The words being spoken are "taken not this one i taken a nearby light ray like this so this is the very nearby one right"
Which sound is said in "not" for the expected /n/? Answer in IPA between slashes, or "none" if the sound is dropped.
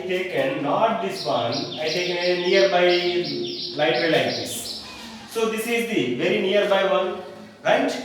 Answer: /n/